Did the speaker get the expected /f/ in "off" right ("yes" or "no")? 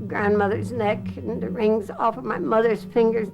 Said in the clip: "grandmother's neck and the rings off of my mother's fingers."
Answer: yes